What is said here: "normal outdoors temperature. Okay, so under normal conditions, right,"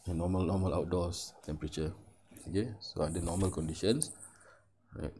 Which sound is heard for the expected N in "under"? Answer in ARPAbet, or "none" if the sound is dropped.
none